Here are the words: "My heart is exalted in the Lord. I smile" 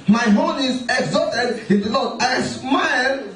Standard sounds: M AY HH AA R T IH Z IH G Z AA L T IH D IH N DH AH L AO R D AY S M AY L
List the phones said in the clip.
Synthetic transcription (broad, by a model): M AY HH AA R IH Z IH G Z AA T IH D IH N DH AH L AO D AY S M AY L